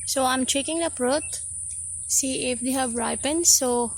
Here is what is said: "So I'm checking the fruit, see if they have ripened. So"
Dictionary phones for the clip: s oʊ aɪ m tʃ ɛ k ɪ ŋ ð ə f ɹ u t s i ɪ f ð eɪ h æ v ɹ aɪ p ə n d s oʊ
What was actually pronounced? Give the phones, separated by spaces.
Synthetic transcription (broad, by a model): s oʊ aɪ m tʃ ɛ k ɪ ŋ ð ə p ɹ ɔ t s i ɪ f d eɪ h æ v ɹ aɪ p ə n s oʊ